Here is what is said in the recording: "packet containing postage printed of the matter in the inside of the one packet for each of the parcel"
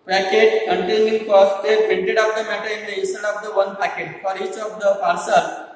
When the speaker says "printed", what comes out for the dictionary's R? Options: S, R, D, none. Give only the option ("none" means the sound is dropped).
none